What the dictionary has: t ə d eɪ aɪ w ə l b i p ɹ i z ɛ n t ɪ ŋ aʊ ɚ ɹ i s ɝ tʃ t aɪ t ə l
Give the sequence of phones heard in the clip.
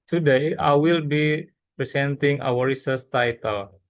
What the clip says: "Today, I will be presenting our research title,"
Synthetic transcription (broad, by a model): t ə d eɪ aɪ w ə l b i p ɹ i s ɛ n t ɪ ŋ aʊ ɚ ɹ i s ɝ s t aɪ t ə l